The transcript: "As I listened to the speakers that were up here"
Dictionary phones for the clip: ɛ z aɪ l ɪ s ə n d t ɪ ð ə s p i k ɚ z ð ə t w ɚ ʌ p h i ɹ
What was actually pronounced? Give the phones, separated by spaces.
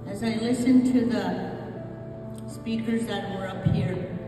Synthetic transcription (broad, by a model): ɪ z aɪ l ɪ s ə n t ɪ ð ə s p i k ɚ z ð ə t w ɚ ʌ p h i ɹ